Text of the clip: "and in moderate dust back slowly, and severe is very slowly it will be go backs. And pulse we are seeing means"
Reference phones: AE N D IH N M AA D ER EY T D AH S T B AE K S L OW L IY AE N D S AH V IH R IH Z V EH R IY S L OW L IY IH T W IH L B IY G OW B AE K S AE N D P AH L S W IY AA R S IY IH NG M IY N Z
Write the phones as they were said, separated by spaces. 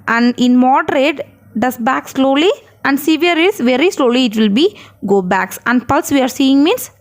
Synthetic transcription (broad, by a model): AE N D IH N M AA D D EY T D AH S B AE K S L OW L IY AE N D S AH V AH R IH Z V EH R IY S L OW L IY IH T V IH L B IY G OW B AE K S AE N D P AH L S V IY AA R S IY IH NG M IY N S